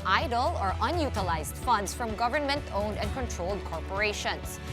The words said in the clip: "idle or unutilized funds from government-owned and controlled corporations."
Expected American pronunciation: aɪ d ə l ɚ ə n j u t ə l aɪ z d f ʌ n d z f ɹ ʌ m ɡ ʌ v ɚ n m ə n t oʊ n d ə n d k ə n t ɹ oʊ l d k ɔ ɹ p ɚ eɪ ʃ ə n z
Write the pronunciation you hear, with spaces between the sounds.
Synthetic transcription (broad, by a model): aɪ d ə l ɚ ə n j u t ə l aɪ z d f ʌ n d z f ɹ ʌ m ɡ ʌ v ɚ n m ə n t oʊ n d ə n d k ə n t ɹ oʊ l d k ɔ ɹ p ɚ eɪ ʃ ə n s